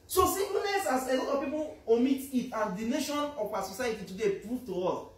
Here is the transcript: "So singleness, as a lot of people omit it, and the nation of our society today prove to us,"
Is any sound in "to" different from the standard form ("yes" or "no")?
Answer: no